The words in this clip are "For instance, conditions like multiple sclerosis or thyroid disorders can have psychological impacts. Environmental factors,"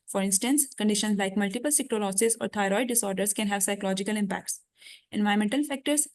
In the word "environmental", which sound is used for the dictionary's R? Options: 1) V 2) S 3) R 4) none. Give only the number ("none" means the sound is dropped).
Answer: 4